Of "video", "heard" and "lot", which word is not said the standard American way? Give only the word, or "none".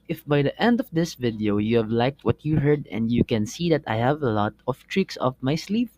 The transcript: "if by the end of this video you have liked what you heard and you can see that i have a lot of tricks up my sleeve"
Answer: none